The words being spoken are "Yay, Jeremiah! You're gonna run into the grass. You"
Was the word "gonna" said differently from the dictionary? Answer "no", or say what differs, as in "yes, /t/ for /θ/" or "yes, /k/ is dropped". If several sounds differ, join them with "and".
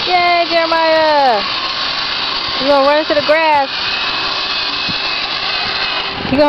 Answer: yes, /n/ is dropped